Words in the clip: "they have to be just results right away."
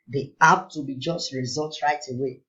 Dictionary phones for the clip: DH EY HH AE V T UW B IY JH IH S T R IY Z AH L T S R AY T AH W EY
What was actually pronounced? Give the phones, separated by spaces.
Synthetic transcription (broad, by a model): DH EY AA P T UW B IY JH IH S T R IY Z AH L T R AY T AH W EY